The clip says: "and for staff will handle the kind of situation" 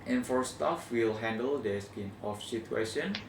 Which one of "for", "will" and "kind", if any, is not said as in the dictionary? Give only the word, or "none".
kind